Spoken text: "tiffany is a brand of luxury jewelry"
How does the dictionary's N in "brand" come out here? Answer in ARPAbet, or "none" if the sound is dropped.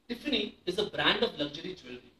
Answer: N